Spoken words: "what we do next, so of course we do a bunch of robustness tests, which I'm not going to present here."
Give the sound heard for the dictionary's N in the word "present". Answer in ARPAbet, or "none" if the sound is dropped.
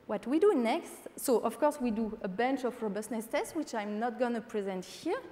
N